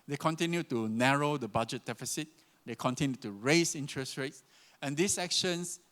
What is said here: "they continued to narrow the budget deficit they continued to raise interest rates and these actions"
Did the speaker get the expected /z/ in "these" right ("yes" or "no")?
no